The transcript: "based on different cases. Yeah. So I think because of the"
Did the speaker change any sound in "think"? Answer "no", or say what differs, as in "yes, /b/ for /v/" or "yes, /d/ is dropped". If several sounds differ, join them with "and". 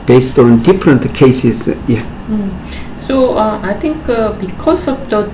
yes, /t/ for /θ/